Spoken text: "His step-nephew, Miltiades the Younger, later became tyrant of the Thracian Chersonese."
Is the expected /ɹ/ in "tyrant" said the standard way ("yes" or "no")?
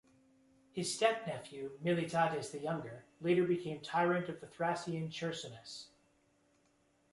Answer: yes